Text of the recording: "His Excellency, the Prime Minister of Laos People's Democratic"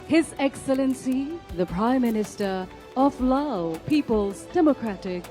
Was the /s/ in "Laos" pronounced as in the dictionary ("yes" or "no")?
no